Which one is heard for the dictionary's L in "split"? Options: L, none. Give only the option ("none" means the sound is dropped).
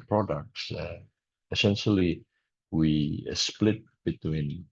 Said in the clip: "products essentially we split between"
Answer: L